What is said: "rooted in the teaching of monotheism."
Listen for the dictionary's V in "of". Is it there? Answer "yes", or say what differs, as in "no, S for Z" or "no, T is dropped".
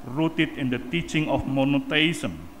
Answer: no, F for V